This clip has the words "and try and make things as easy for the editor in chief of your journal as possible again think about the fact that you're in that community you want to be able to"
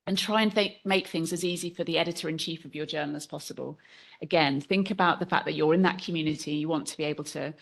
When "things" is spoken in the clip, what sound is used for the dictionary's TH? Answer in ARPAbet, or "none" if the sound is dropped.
TH